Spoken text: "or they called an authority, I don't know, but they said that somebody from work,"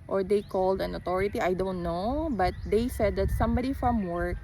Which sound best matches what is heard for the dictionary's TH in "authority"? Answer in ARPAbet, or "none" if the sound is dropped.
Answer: T